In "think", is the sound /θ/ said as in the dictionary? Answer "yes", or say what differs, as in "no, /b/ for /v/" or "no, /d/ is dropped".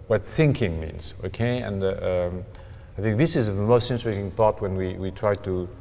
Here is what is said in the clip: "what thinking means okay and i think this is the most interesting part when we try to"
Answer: yes